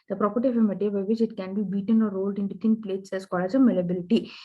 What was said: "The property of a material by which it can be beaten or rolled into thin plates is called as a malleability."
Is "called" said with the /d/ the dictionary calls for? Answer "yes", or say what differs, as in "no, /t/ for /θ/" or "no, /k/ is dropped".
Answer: no, /d/ is dropped